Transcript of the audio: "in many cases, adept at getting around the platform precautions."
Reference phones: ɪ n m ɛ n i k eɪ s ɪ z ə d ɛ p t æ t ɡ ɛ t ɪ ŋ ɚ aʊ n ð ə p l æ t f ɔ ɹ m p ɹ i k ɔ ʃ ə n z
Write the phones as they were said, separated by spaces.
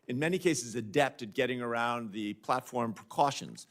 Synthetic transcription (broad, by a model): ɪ n m ɛ n i k eɪ s ɪ z ə d ɛ p t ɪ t ɡ ɛ t ɪ ŋ ɚ aʊ n ð ə p l æ t f ɔ ɹ m p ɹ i k ɔ ʃ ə n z